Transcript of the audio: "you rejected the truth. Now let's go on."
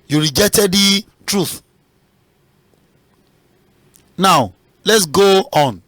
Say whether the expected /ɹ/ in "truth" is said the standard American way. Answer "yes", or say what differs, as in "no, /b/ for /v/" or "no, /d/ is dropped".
yes